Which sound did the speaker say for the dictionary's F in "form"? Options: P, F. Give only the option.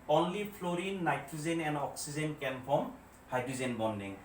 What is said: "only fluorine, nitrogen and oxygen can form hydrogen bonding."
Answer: P